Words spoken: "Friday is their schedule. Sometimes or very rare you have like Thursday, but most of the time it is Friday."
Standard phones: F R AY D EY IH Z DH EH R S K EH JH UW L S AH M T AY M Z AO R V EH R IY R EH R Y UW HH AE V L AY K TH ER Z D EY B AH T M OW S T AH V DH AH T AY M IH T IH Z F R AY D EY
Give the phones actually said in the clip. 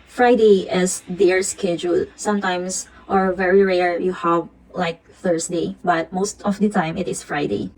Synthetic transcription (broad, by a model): F R AY D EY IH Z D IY R S K EH JH UW L S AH M T AY M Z AO R V EH R IY R EH R Y UW HH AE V L AY K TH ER S D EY B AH T M OW S T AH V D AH T AY M IH T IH S F R AY D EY